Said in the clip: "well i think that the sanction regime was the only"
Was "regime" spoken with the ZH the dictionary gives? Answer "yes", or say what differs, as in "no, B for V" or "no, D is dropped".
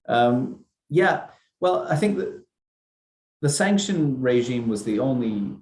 yes